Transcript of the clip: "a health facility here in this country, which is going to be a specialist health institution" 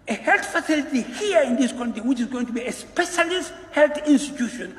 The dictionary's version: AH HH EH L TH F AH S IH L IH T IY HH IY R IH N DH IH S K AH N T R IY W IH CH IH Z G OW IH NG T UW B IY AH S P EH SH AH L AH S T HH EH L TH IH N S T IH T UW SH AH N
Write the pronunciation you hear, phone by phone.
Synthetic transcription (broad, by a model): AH HH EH L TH F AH S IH L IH T IY HH IY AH IH N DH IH S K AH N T IY W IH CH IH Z G OW IH NG T UW B IY AH S P EH SH AH L AH S T HH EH L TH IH N S T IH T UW SH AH N